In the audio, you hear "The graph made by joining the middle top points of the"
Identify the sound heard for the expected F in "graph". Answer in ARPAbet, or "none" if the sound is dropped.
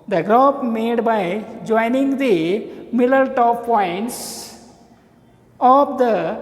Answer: P